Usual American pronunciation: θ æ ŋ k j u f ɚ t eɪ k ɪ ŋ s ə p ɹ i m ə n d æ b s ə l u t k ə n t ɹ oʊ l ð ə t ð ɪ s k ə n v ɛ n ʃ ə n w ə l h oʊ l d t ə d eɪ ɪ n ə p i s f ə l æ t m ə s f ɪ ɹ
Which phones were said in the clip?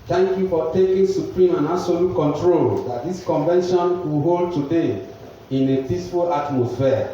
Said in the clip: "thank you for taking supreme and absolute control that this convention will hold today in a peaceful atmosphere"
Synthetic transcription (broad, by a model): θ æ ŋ k j u f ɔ t eɪ k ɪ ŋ s ə p ɹ i m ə n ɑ s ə l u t k ə n t ɹ oʊ l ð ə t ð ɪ s k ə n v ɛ n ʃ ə n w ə h oʊ l d t ə d eɪ ɪ n ə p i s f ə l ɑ t m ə s f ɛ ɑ